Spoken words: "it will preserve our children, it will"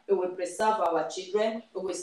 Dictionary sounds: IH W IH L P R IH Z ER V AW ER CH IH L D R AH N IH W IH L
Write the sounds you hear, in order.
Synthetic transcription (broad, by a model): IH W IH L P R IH S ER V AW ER CH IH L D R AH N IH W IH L